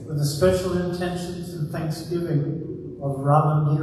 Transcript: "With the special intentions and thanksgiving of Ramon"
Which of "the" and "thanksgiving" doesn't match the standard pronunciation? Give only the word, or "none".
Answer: none